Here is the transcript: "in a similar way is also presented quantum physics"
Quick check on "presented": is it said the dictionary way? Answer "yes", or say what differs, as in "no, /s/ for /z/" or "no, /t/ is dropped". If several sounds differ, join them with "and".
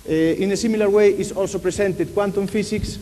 no, /s/ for /z/